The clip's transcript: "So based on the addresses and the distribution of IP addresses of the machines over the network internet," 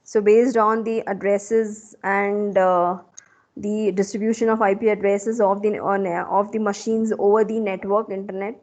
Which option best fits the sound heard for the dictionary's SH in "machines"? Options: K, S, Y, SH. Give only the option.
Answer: SH